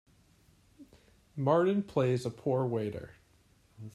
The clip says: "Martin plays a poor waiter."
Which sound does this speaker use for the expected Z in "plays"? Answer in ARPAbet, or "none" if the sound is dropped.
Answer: Z